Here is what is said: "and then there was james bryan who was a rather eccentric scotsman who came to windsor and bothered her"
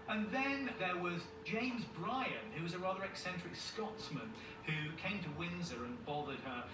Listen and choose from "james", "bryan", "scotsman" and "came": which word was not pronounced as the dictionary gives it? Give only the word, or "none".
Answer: none